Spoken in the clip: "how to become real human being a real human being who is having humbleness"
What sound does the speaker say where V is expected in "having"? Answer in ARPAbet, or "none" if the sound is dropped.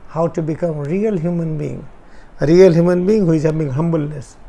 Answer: B